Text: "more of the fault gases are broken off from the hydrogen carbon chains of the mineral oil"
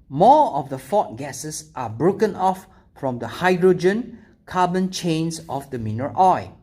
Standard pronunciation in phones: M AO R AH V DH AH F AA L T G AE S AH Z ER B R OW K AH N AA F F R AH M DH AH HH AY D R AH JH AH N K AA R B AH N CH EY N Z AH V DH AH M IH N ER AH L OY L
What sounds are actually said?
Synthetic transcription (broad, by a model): M AO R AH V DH AH F AA T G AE S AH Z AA B R OW K AH N AA F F R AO M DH AH HH AY D R AH JH AH N K AA B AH N CH EY N S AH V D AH M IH N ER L OY